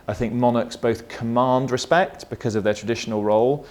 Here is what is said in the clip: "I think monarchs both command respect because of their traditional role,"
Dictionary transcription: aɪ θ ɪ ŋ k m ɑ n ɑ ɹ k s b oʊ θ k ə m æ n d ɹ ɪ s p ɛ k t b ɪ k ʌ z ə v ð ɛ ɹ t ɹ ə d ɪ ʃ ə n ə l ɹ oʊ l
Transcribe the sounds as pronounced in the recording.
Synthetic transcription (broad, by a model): aɪ θ ɪ ŋ k m ɑ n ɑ k s b oʊ θ k ə m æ n d ɹ ɪ s p ɛ k t b ɪ k ʌ z ə v ð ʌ t ɹ ə d ɪ ʃ ə n ə l ɹ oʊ l